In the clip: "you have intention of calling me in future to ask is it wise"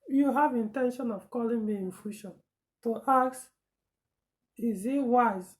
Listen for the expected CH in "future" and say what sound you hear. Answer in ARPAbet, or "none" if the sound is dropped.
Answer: SH